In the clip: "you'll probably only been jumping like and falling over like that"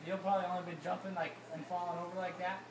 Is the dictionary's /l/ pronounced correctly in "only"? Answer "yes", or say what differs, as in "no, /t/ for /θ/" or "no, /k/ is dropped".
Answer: no, /l/ is dropped